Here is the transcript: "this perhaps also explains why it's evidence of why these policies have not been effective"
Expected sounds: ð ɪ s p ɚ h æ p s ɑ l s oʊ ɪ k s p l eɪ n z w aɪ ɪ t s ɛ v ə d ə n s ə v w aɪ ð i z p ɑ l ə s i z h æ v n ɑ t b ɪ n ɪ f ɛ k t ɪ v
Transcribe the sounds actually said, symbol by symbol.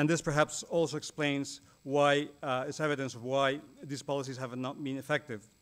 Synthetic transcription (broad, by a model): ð ɪ s p ɚ h æ p s ɑ l s oʊ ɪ k s p l eɪ n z w aɪ ɪ t s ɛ v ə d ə n s ə v w aɪ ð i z p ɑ l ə s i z h æ v n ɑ t b ɪ n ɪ f ɛ k t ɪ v